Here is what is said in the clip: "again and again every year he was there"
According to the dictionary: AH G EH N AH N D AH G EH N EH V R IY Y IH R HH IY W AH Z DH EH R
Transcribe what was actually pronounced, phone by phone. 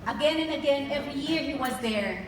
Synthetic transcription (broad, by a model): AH G EH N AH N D AH G EH N EH V R IY Y IH R HH IY W AH Z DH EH R